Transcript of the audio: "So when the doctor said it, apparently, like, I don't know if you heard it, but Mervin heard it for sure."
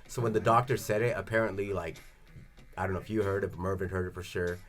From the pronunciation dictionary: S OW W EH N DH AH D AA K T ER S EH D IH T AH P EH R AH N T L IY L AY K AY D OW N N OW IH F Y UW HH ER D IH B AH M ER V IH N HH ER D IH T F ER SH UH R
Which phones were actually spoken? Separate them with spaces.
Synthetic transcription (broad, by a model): S OW W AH N DH AH D AA K T ER S EH D IH T AH P EH R AH N T L IY L AY K AY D OW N N OW IH F Y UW HH ER D IH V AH M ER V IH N HH ER D IH T F ER SH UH R